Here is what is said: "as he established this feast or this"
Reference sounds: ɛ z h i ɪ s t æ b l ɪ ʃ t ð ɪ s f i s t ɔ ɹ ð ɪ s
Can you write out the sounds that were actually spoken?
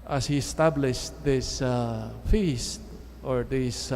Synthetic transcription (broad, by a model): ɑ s h i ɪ s t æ b l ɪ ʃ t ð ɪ s f i s t ɔ ɹ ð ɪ s